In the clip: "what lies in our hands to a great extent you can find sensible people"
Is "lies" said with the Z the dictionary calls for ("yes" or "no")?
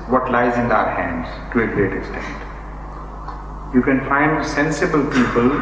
yes